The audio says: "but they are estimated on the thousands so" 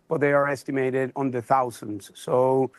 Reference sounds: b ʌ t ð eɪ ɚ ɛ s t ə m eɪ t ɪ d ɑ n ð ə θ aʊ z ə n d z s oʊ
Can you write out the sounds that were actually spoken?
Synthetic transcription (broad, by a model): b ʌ t ð eɪ ɚ ɛ s t ə m eɪ t ɪ d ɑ n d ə θ aʊ z ə n d z s oʊ